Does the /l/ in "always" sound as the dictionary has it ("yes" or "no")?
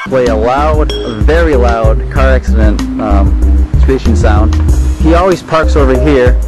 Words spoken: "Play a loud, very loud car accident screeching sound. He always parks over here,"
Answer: yes